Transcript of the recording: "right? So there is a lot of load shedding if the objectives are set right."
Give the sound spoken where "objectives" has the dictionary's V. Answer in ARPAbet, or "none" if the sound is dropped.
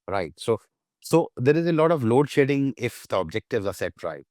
V